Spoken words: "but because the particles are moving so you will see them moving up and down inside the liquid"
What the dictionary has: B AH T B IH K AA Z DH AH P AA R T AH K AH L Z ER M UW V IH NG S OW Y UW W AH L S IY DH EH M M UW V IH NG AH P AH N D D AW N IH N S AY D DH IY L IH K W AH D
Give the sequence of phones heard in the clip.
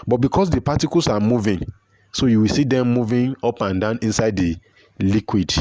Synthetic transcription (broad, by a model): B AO T B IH K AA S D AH P AA T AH K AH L S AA M UW V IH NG S OW Y UW W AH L S IY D EH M M UW V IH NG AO P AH N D D AW N IH N S AY D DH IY L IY K W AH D